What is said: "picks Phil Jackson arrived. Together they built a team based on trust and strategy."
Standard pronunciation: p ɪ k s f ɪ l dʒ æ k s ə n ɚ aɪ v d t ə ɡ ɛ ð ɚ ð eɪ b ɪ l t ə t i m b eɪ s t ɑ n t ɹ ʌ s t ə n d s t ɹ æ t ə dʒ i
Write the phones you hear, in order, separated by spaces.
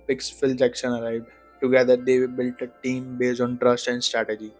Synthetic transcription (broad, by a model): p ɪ k s f ɪ l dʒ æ k ʃ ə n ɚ aɪ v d t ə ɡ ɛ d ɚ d eɪ b ɪ l t ə t i m b eɪ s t ɑ n t ɹ ʌ s t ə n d s t ɹ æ t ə dʒ i